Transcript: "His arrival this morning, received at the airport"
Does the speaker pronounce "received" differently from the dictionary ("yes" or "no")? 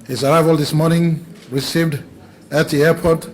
no